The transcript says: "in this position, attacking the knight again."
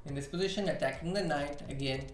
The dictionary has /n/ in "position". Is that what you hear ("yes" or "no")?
yes